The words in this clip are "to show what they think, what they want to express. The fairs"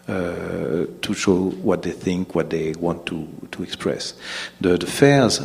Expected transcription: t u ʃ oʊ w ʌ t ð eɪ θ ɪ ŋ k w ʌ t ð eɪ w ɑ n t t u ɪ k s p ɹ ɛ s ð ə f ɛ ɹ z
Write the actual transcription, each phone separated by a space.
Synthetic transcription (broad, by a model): t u ʃ oʊ w ʌ t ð eɪ θ ɪ ŋ k w ʌ t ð eɪ w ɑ n t t u ɪ k s p ɹ ɛ s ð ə f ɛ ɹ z